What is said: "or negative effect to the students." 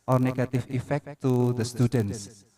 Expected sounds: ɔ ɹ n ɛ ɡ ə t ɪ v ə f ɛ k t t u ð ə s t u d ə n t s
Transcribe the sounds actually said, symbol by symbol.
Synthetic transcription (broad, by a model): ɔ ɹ n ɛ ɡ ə t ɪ f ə f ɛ k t t u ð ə s t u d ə n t s